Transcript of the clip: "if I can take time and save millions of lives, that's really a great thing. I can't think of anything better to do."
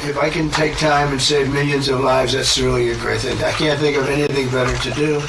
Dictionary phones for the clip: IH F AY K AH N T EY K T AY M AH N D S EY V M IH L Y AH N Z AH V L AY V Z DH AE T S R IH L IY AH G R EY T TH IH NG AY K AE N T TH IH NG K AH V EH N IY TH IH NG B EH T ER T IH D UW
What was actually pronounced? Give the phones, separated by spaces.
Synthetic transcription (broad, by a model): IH F AY K AH N T EY K T AY M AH N S EY V M IH L Y AH N Z AH V L AY V Z DH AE T S R IH L IY AH G R EY T TH IH NG AY K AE N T TH IH NG K AH V EH N IY TH IH NG B EH T ER T IH D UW